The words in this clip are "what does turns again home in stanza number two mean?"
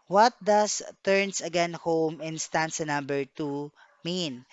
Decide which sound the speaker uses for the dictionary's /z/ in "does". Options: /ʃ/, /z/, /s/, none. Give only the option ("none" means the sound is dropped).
/s/